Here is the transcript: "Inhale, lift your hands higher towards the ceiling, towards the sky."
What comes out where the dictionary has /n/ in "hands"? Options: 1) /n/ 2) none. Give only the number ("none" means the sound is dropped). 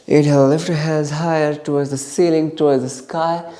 2